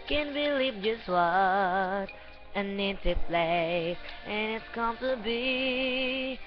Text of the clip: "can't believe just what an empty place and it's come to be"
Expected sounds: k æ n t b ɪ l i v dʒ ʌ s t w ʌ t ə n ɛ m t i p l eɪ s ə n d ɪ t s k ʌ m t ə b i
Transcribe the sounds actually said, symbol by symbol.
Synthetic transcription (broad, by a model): k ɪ n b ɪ l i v dʒ ʌ s t w ʌ t ə n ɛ t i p l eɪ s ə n ɪ t s k ʌ m t ə b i